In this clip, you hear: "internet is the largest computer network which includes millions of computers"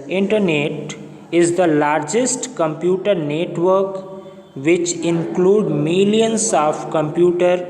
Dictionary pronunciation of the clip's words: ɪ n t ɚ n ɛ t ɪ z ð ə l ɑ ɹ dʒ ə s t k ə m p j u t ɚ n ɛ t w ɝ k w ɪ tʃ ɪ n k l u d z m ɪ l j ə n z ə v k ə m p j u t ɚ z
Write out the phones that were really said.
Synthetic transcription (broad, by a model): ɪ n t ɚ n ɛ t ɪ z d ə l ɑ ɹ dʒ ə s t k ə m p j u t ɚ n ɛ t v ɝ k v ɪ tʃ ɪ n k l u d m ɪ l j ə n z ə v k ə m p j u t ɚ